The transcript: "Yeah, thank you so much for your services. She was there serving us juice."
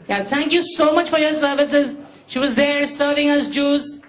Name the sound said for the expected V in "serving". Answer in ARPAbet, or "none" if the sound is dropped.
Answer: V